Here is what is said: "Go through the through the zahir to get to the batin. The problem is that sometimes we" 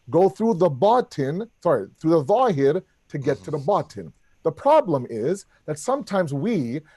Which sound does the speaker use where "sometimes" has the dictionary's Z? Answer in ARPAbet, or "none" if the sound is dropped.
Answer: Z